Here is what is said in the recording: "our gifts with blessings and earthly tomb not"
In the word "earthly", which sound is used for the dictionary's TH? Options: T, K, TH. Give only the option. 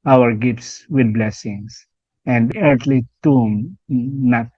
T